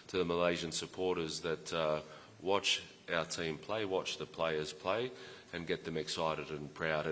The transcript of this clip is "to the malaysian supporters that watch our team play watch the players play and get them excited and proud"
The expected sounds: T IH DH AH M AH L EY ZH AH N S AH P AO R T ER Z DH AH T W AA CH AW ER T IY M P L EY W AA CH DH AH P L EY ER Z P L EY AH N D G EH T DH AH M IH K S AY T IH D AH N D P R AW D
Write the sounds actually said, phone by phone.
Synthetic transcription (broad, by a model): T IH DH AH M AH L EY ZH AH N S AH P AO R T ER Z DH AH T W AA CH AW ER T IY M P L EY W AA CH DH AH P L EY ER Z P L EY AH N G EH T DH AH M IH K S AY T IH D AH N P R AW D